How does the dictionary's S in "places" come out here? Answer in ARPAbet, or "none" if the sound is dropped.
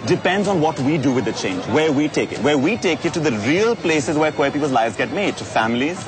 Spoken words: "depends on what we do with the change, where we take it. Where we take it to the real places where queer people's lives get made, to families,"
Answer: S